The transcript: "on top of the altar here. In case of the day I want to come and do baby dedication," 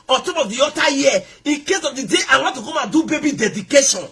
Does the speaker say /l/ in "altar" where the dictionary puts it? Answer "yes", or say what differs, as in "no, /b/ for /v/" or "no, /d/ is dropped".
no, /l/ is dropped